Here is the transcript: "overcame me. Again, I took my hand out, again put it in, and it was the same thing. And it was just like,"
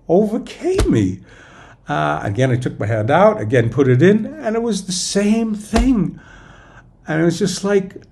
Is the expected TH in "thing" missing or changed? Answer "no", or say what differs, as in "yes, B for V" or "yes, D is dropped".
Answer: no